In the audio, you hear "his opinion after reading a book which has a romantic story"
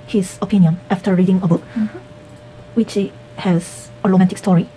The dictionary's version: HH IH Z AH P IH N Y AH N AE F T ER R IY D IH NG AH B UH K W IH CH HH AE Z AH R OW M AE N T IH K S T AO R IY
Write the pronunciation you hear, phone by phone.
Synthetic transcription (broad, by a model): HH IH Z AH P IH N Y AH N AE F T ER R IY D IH NG AH B UH K W IH CH HH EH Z AH L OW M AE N T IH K S T AO R IY